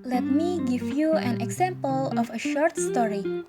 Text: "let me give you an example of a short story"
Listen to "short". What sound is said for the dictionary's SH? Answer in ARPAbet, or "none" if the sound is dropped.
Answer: SH